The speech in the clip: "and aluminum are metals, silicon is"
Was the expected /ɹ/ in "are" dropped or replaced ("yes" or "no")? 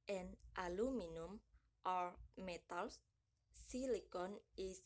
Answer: no